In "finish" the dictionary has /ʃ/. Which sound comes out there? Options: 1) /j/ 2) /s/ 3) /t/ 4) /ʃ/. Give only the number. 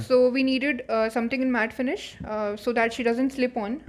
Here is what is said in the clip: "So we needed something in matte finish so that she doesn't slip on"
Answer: 4